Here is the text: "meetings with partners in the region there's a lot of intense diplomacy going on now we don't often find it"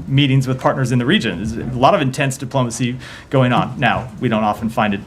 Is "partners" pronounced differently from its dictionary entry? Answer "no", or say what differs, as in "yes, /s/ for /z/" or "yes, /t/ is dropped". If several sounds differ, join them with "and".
no